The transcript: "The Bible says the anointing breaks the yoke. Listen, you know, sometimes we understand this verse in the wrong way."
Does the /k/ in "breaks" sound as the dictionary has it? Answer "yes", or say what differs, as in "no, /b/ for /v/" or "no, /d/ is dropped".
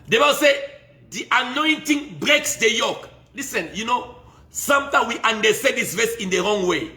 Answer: yes